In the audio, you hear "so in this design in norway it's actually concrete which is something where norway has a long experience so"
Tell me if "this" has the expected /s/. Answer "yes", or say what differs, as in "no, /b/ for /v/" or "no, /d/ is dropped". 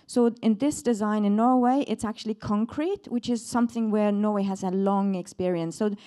yes